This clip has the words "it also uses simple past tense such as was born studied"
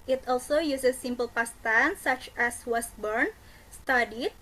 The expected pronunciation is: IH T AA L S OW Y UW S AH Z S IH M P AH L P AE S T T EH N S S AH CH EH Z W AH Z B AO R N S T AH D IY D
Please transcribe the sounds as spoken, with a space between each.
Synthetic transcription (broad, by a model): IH T AA L S OW Y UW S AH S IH M P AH L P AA S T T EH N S S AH CH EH S W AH S B AO R N S T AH D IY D